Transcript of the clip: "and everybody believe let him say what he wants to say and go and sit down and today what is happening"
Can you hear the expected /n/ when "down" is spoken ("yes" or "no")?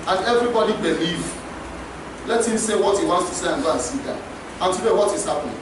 no